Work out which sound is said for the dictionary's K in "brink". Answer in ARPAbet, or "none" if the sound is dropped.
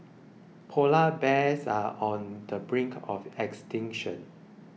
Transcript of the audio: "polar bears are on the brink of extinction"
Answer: K